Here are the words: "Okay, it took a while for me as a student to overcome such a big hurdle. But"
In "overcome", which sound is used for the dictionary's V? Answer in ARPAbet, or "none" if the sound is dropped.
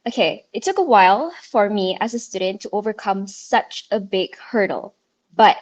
V